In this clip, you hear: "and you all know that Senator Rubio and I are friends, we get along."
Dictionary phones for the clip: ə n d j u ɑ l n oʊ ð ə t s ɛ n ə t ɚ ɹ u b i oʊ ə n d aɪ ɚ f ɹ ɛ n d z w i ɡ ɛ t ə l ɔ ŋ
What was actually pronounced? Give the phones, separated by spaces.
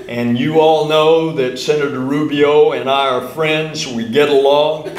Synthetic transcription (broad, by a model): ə n j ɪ ɑ l n oʊ ð ə t s ɛ n ə t ɚ ɹ u b i oʊ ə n aɪ ɚ f ɹ ɛ n d z w i ɡ ɛ t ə l ɔ ŋ